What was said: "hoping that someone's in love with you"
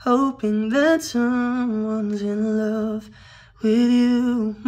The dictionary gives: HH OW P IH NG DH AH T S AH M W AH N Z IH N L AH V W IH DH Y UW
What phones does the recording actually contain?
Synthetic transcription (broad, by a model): HH OW P IH NG DH AH T S AH M W AH N Z IH N L AH V W IH DH Y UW